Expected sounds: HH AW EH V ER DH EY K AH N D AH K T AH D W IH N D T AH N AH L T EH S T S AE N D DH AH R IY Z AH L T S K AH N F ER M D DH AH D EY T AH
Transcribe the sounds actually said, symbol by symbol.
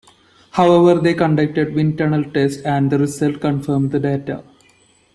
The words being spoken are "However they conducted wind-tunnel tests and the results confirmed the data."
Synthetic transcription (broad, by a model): HH AW EH V ER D EY K AH N D AH K T AH D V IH N T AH N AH L T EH S T AE N D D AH R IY S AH L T K AH N F ER M D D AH D EY T AH